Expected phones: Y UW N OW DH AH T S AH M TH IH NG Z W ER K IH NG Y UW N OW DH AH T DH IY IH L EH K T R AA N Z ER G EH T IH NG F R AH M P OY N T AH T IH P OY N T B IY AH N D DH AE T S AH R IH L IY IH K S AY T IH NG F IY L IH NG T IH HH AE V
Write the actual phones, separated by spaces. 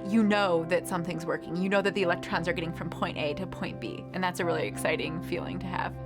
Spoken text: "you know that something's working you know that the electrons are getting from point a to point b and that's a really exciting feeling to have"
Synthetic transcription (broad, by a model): Y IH N OW DH AH T S AH M TH IH NG Z W ER K IH NG Y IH N OW DH AH T DH IY IH L EH K T R AA N Z ER G EH T IH NG F R AH M P OY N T AH T IH P OY N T B IY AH N DH AE T S AH R IH L IY IH K S AY T IH NG F IY L IH NG T IH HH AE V